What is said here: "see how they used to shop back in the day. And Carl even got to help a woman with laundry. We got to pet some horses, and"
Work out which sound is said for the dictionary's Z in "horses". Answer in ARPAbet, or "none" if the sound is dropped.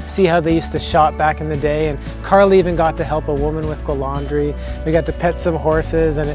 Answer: Z